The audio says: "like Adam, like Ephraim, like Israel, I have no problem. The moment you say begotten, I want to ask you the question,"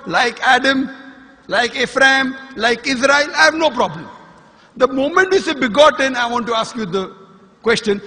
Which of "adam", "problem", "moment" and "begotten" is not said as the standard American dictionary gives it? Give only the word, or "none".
none